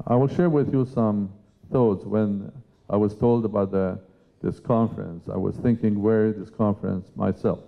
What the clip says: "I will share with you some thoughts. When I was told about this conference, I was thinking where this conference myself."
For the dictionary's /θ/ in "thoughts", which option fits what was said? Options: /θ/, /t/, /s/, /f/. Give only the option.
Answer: /θ/